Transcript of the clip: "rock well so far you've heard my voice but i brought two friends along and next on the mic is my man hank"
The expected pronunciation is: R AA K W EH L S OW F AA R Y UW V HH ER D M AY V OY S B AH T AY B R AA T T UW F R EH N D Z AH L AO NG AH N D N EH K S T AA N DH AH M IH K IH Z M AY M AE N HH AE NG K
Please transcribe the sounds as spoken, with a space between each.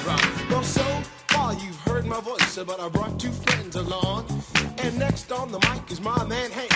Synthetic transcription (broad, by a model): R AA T W EH L S OW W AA L Y UW V HH ER D M AY V OY S B AH T AY B R AA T T UW F R EH N D Z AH L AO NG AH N N EH K S T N DH AH M IH K IH Z M AY M AE N HH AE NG